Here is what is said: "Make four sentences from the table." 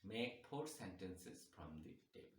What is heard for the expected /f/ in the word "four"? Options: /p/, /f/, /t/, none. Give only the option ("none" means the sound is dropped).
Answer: /p/